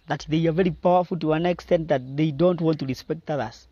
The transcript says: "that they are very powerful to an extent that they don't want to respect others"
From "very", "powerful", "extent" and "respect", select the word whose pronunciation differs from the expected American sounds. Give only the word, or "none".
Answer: none